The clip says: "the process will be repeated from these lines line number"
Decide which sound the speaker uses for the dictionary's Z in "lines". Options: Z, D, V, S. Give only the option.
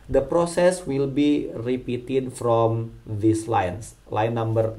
S